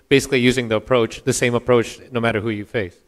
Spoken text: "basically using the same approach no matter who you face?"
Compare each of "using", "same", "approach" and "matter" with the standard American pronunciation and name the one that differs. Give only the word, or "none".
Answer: none